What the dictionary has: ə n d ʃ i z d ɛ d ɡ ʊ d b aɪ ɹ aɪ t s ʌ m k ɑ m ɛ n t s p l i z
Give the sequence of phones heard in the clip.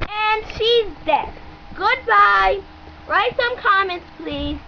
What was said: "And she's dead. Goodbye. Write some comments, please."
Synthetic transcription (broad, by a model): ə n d ʃ i z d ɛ ɡ ʊ d b aɪ ɹ aɪ t s ʌ m k ɑ m ɛ n t s p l i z